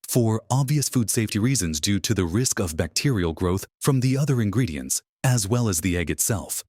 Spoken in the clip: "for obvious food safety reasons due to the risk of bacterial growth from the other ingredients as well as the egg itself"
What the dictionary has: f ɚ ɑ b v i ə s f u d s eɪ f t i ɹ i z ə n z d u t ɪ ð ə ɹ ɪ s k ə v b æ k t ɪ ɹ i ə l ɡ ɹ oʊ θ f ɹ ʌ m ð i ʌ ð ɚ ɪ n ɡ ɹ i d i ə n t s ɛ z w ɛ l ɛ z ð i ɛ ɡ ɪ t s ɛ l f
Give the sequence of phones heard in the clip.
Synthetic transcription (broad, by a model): f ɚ ɑ b v i ə s f u d s eɪ f t i ɹ i z ə n z d u t ɪ ð ə ɹ ɪ s k ə v b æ k t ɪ ɹ i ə l ɡ ɹ oʊ θ f ɹ ʌ m ð i ʌ ð ɚ ɪ n ɡ ɹ i d i ə n t s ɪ z w ɛ l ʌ z ð i ɛ ɡ ɪ t s ɛ l f